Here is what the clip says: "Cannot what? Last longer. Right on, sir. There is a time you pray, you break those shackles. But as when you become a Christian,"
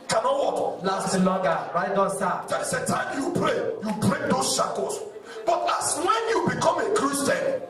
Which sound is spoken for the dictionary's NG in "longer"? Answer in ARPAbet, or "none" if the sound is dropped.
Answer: none